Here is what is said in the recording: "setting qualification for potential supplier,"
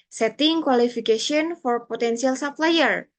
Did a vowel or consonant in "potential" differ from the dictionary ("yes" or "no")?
yes